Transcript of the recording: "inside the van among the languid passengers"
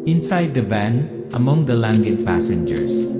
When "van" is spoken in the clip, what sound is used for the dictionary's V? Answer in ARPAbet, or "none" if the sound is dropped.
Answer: B